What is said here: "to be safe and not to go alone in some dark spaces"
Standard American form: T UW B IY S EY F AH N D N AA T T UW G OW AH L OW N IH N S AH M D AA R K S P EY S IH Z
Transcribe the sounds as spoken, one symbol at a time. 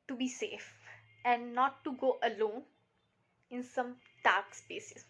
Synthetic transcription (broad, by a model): T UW B IY S EY F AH N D N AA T T UW G OW AH L OW N IH N S AH M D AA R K S P EY S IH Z